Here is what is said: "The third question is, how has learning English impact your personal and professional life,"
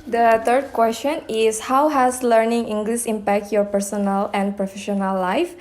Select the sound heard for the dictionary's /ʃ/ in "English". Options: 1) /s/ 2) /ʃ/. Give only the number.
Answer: 1